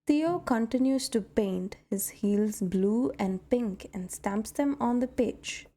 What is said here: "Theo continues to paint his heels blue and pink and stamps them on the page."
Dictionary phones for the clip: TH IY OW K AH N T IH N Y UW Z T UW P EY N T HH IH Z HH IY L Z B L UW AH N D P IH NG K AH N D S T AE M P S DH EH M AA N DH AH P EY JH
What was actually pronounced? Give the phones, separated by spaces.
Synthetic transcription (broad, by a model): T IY OW K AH N T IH N Y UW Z T UW P EY N T HH IH Z HH IY L Z B L UW AH N D P IH NG K AH N D S T AE M P S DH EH M AA N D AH P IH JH